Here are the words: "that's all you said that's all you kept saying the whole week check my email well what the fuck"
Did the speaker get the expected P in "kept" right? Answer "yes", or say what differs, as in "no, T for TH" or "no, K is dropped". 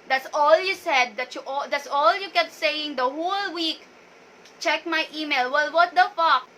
no, P is dropped